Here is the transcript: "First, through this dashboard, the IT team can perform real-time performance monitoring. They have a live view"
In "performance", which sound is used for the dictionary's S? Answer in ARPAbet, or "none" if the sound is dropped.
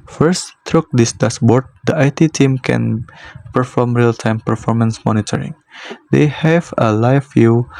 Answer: S